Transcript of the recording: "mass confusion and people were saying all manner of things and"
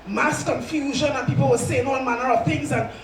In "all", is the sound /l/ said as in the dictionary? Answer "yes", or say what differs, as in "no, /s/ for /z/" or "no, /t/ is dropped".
no, /n/ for /l/